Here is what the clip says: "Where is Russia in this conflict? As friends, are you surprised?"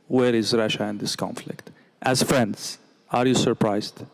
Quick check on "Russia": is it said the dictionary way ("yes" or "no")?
yes